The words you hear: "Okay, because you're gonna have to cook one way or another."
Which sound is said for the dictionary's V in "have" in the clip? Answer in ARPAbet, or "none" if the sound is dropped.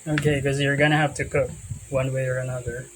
F